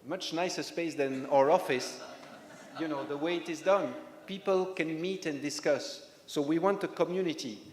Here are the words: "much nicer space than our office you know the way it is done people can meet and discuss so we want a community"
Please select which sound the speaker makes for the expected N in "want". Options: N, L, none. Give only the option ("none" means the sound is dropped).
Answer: N